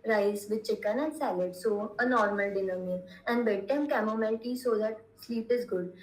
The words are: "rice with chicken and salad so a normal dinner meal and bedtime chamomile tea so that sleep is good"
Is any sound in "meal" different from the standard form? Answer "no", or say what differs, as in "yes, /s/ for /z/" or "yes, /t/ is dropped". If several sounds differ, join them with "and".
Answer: yes, /n/ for /l/